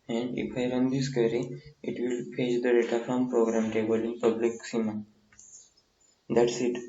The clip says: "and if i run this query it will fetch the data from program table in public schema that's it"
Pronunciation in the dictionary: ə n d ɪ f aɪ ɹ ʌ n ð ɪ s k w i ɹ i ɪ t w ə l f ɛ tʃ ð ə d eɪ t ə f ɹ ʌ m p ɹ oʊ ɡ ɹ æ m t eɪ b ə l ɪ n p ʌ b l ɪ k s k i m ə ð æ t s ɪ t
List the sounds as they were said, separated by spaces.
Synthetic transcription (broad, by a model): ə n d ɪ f aɪ ɹ ʌ n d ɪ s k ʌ ɹ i ɪ t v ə l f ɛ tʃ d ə d eɪ t ə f ɹ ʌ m p ɹ oʊ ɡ ɹ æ m t eɪ b ə l ɪ n p ʌ b l ɪ k s i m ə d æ t s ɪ t